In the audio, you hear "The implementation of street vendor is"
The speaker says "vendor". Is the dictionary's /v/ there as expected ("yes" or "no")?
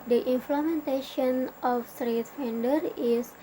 no